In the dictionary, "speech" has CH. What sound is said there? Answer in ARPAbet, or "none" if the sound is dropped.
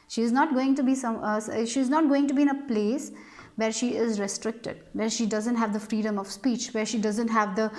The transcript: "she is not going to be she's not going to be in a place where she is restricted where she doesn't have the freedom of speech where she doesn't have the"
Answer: CH